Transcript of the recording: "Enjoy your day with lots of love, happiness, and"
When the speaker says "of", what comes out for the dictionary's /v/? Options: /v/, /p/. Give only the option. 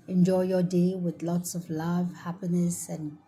/v/